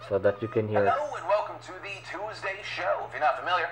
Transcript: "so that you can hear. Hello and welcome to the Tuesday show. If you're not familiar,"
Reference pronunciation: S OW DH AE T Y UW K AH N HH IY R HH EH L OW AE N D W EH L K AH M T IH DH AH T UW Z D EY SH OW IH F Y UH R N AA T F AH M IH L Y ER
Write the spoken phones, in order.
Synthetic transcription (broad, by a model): S OW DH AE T Y UW K AH N HH IY R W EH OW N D W EH L K AH M T IH DH AH T UW Z D EY SH OW IH F Y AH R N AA T F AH M IH L Y ER